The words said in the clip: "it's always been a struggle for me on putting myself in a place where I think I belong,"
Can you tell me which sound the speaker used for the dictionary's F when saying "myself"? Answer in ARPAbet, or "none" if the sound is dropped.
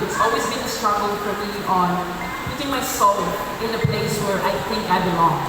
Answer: none